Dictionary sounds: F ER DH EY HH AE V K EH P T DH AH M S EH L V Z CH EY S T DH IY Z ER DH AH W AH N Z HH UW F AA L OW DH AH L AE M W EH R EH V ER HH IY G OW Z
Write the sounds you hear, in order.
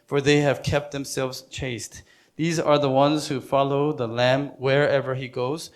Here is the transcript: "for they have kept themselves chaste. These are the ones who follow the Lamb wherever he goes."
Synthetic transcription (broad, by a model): F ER DH EY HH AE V K EH P T DH AH M S EH L V Z CH EY S T DH IY Z ER DH AH W AH N Z HH UW F AA L OW DH AH L AE M W EH R EH V ER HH IY G OW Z